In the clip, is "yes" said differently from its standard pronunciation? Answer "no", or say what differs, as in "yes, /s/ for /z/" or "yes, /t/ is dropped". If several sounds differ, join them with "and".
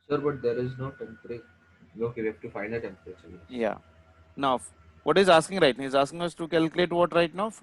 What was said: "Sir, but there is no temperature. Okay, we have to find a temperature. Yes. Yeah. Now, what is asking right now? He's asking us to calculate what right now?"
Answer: yes, /s/ is dropped